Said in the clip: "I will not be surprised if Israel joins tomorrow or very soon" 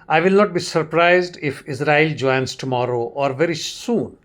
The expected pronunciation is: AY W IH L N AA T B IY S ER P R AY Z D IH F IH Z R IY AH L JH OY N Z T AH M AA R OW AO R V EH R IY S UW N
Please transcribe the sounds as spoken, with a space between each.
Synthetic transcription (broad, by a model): AY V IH L N AA T B IY S ER P R AY Z D IH F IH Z R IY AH L JH OY N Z T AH M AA R OW AO R V EH R IY S UW N